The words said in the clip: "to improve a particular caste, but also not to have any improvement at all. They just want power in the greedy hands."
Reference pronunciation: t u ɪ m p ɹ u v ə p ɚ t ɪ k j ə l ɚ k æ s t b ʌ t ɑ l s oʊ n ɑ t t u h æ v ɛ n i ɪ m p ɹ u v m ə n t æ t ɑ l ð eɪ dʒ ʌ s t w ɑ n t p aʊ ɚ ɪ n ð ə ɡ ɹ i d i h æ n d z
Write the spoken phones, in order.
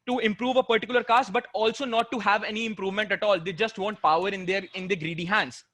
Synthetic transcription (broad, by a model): t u ɪ m p ɹ u v ə p ɚ t ɪ k j ə l ɚ k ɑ s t b ʌ t ɑ l s oʊ n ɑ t t u h æ v ɛ n i ɪ m p ɹ u v m ə n t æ t ɑ l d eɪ dʒ ʌ s t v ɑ n t p aʊ ɚ ɪ n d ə ɡ ɹ i d i h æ n d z